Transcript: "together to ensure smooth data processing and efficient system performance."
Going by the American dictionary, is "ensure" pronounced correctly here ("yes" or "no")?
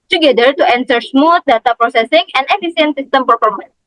no